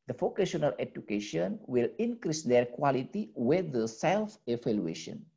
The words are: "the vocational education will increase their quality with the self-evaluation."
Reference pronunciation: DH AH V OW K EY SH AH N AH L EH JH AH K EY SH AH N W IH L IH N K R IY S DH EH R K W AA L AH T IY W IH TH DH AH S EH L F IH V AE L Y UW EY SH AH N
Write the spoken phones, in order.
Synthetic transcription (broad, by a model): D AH F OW K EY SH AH N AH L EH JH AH K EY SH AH N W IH L IH N K R IY S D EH R K W AA L AH T IY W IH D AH S EH L F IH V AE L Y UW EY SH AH N